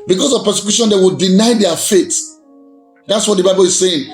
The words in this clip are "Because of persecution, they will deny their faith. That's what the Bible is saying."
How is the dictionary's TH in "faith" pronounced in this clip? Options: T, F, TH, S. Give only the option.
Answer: T